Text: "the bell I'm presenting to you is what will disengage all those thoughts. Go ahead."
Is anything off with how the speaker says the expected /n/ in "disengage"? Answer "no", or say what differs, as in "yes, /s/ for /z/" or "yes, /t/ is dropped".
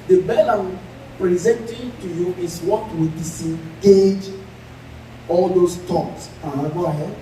yes, /n/ is dropped